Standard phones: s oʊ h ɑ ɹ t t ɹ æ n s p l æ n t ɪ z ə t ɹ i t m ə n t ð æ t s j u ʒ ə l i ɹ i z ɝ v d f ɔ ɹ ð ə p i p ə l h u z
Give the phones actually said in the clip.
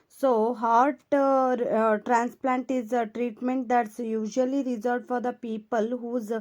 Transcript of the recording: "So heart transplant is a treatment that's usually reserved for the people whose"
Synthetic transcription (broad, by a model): s oʊ h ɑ ɹ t t ɹ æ n s p l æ n t ɪ z ə t ɹ i t m ə n t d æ t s j u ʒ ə l i ɹ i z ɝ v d f ɔ ɹ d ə p i p ə l h u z